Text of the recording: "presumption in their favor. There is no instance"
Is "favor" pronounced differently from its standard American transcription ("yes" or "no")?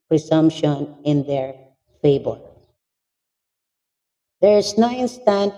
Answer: yes